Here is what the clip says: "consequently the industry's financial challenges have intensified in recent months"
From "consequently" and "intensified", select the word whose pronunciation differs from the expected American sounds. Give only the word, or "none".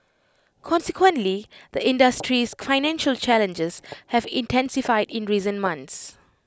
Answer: none